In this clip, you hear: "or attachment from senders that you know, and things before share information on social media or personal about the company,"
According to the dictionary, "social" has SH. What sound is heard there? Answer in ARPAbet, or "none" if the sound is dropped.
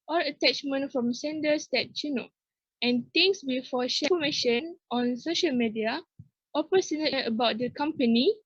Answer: SH